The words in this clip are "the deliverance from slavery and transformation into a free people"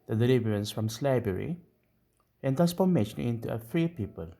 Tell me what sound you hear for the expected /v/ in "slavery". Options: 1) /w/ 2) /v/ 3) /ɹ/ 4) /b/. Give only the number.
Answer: 4